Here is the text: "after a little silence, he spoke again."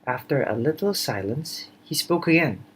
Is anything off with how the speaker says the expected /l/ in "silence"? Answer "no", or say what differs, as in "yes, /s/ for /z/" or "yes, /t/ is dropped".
no